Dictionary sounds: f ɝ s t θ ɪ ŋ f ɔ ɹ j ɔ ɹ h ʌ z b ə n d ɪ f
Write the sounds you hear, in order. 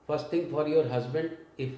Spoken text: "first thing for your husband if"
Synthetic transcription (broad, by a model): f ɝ s t t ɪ ŋ f ɔ ɹ j ɔ ɹ h ʌ z b ə n d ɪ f